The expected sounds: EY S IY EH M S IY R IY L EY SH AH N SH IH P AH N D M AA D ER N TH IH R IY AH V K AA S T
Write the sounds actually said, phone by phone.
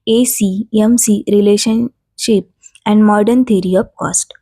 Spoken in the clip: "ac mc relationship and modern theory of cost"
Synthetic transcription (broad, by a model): EY S IY EH M S IY R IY L EY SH AH N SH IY P AH N D M AA D ER N T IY R IY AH P K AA S T